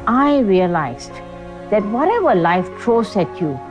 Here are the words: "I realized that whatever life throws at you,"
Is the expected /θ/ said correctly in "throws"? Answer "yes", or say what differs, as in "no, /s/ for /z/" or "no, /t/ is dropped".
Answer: no, /t/ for /θ/